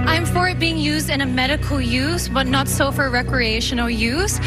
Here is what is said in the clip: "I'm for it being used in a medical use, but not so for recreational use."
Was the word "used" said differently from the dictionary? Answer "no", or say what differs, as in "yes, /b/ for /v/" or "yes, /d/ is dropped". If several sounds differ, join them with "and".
no